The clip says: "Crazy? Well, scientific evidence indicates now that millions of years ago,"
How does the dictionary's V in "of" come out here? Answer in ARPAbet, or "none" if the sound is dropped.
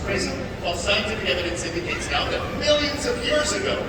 V